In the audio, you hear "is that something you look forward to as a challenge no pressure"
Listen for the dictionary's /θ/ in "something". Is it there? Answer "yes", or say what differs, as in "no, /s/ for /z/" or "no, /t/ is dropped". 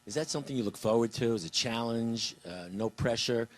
yes